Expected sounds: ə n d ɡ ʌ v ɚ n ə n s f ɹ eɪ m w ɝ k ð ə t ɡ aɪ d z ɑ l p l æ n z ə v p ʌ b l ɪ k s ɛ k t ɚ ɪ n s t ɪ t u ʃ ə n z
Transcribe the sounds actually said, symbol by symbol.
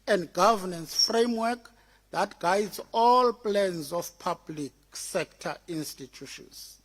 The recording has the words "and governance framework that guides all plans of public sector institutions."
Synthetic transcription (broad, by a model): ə n d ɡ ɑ v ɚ n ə n s f ɹ eɪ m w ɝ k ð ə t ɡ aɪ d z ɑ l p l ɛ n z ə f p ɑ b l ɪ k s ɛ k t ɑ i n s t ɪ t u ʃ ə n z